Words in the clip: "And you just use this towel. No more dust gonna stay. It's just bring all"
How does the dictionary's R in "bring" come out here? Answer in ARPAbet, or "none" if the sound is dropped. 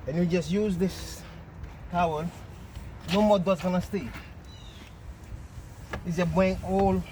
none